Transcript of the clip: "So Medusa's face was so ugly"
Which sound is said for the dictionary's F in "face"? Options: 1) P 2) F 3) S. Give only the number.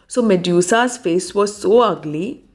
2